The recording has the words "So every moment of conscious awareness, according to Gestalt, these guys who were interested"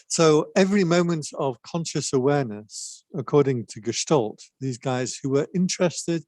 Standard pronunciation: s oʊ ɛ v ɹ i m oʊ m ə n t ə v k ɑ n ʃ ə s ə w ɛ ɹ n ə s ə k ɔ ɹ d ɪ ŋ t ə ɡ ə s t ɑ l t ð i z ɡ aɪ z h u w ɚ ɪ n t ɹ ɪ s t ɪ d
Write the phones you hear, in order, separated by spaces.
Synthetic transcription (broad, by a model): s oʊ ɛ v ɹ i m oʊ m ə n t ə v k ɑ n ʃ ə s ə w ɛ n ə s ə k ɔ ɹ d ɪ ŋ t ə ɡ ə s t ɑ l t ð i z ɡ aɪ z h u w ɚ ɪ n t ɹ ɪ s t ɪ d